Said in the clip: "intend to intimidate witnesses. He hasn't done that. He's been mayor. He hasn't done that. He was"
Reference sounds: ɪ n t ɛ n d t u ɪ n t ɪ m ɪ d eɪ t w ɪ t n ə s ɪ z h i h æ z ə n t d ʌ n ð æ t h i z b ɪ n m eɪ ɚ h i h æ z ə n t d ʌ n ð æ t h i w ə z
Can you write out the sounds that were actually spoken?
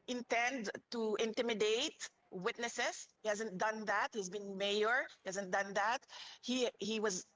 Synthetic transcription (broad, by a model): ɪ n t ɛ n d t u ɪ n t ɪ m ɪ d eɪ t w ɪ t n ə s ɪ s h i h æ z ə n t d ʌ n ð æ t h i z b ɪ n m eɪ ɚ h i h æ z ə n t d ʌ n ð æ t h i w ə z